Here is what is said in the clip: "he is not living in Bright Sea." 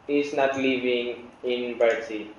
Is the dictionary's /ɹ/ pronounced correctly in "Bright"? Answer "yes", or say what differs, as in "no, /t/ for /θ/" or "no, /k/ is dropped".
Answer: no, /ɹ/ is dropped